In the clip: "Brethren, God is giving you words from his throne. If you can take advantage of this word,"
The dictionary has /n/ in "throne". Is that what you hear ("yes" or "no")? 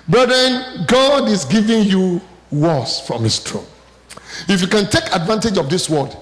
no